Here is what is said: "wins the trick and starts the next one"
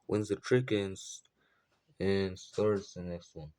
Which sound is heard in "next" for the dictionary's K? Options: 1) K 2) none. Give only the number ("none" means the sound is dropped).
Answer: 1